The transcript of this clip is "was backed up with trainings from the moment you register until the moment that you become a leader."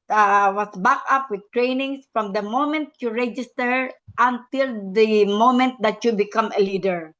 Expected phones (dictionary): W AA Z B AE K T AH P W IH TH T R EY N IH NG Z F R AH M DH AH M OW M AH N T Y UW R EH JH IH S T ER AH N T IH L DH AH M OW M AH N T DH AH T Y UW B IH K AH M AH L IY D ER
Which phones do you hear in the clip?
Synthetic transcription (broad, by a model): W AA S B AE K AH P W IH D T R EY N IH NG S F R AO M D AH M OW M AH N T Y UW R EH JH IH S T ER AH N T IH L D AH M OW M AH N T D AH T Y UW B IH K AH M AH L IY D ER